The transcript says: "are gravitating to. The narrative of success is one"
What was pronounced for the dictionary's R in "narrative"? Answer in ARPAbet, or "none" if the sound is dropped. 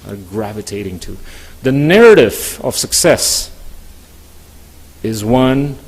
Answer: R